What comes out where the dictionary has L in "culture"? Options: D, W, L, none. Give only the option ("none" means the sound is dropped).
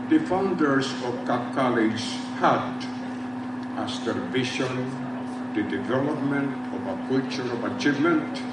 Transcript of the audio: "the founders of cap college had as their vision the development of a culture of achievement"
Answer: none